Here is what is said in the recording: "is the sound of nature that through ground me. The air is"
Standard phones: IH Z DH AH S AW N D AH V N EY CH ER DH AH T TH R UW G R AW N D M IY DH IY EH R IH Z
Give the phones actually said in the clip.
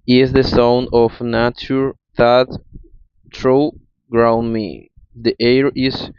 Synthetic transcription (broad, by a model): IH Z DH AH S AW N AH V N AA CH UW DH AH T T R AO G R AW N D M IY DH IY EH R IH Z